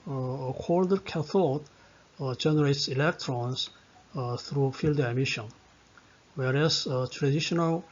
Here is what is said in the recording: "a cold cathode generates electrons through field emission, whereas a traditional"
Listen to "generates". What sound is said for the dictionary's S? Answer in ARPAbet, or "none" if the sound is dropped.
S